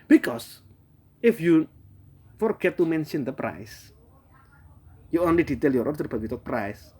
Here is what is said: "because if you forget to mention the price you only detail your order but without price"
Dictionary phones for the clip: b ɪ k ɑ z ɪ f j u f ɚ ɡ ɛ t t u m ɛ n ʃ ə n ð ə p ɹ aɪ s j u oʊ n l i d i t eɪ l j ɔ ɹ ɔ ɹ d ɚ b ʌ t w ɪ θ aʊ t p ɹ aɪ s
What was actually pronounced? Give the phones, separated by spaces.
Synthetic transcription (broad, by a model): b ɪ k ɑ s ɪ f j u f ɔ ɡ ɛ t t u m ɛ n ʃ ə n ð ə p ɹ aɪ s j u oʊ n l i d i t eɪ l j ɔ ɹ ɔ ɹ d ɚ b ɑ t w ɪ t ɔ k p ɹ aɪ s